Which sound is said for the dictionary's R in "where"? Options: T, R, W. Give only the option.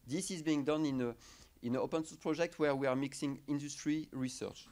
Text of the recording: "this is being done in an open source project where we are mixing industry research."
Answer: R